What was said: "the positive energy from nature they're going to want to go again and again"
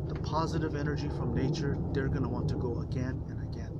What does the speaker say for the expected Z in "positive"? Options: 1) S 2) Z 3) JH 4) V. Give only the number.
2